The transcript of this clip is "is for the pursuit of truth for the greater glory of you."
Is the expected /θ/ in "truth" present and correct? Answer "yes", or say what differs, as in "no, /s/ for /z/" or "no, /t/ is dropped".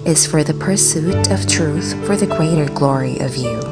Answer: yes